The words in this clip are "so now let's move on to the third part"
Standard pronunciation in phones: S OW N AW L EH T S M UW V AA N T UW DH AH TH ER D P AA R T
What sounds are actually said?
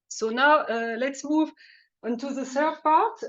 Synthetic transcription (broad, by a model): S OW N AW L EH T S M UW V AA N T UW DH AH S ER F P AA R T